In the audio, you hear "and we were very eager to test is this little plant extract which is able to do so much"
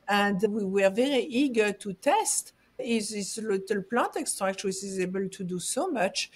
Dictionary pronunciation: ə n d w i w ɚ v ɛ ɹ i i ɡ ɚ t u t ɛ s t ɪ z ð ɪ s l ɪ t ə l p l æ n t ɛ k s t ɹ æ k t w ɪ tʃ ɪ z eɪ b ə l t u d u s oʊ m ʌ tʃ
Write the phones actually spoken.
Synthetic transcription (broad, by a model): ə n d w i w ɚ v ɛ ɹ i i ɡ ɚ t u t ɛ s t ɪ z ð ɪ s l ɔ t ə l p l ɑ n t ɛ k s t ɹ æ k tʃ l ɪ s ɪ z eɪ b ə l t u d u s oʊ m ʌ tʃ